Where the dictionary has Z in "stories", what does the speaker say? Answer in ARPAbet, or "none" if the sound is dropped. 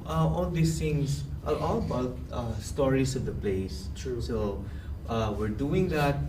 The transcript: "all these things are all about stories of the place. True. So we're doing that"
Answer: S